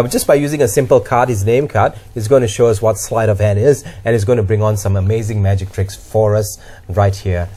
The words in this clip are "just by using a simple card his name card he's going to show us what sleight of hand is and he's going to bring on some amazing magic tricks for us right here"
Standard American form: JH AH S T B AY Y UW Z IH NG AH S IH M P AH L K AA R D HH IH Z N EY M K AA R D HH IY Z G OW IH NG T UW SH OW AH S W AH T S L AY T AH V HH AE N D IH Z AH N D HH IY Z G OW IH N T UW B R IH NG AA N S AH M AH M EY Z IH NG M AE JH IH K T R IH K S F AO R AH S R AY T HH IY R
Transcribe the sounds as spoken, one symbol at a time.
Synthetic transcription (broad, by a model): JH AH S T B AY Y UW Z IH NG AH S IH M P AH L K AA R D HH IH Z N EY M K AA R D HH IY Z G OW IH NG T UW SH OW AH S W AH T S L AY T AH V HH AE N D IH Z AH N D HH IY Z G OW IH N T UW B R IH NG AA N S AH M AH M EY Z IH NG M AE JH IH K T R IH K S F AO R AH S R AY T HH IY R